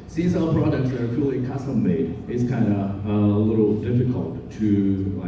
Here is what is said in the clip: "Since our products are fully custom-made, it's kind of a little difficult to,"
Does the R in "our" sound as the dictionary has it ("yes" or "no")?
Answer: no